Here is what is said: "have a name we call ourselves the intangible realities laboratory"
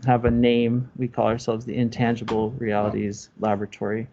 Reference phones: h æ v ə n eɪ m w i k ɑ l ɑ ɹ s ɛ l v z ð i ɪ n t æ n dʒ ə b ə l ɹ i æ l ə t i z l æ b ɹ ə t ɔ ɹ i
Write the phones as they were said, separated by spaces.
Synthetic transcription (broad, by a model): h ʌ v ə n eɪ m w i k ɑ l ɑ ɹ s ɛ l v z ð i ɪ n t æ n dʒ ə b l ɹ i æ l ə t i z l æ b ɹ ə t ɔ ɹ i